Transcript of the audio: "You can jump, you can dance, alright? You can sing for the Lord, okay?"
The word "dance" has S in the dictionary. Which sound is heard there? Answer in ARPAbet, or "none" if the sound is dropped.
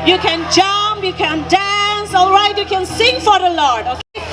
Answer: S